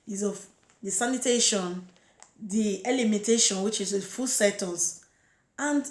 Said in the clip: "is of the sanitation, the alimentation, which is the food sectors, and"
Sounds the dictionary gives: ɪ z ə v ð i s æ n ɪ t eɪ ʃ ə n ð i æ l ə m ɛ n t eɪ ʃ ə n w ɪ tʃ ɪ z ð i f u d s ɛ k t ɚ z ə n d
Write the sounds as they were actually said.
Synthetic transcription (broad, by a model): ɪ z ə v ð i s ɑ n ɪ t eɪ ʃ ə n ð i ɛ l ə m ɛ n t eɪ ʃ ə n w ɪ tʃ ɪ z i f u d s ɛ t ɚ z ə n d